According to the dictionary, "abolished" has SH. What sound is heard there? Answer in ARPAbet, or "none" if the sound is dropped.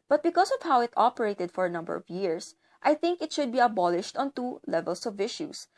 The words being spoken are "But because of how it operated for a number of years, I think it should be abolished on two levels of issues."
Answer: SH